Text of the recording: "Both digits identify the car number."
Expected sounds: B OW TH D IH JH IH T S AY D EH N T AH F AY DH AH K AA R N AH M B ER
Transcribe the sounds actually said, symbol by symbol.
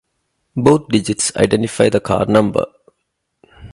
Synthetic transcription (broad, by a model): B OW T D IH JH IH T S AY D EH N T AH F AY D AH K AA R N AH M B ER